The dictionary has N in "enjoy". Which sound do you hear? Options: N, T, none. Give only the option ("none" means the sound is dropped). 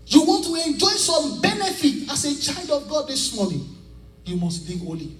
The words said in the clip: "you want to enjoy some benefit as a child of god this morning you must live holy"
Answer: N